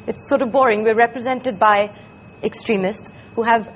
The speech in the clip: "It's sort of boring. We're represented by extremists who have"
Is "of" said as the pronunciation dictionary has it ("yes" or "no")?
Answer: yes